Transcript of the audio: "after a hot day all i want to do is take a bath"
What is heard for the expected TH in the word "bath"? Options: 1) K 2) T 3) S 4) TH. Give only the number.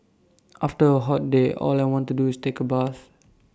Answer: 3